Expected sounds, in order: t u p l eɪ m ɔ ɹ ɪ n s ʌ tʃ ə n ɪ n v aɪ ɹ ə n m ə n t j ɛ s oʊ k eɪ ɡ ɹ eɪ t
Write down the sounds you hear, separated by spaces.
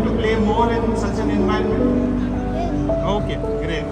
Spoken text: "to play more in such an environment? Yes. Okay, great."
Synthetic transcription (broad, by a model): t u p l eɪ m ɔ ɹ ɪ n s ʌ tʃ ə n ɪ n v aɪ ə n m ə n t oʊ k eɪ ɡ ɹ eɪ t